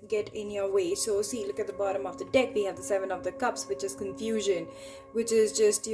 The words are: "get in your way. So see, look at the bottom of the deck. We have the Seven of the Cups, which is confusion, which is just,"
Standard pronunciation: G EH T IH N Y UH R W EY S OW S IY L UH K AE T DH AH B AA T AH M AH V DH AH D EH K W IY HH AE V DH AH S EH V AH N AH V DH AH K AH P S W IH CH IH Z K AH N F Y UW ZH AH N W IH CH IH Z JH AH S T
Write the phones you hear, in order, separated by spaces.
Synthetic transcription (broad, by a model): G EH T IH N Y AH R W EY S OW S IY L UH K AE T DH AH B AA T AH M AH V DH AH D EH K W IY HH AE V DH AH S EH V AH N AH V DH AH K AH P S W IH CH IH Z K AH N F Y UW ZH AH N W IH CH IH Z JH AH S T